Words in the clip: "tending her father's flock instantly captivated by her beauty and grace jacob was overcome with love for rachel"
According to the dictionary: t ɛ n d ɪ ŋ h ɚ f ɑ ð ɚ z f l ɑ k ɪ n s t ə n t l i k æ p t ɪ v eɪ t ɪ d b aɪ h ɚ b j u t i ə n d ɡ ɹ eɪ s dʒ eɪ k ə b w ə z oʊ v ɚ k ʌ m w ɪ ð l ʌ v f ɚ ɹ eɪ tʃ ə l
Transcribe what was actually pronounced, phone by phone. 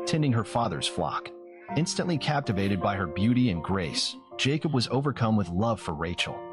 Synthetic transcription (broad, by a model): t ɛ n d ɪ ŋ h ɚ f ɑ ð ɚ z f l ɑ k ɪ n s t ə n t l i k æ p t ɪ v eɪ t ɪ d b aɪ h ɚ b j u t i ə n ɡ ɹ eɪ s dʒ eɪ k ə b w ə z oʊ v ɚ k ʌ m w ɪ ð l ʌ v f ɚ ɹ eɪ tʃ l